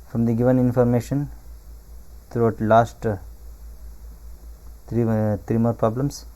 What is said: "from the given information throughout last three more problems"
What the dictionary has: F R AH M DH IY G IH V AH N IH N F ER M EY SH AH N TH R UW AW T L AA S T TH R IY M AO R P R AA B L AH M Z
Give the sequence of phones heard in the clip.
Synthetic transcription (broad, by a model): F R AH M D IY G IH V AH N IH N F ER M EY SH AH N T R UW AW T L AA S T T R IY M AO R P R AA B L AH M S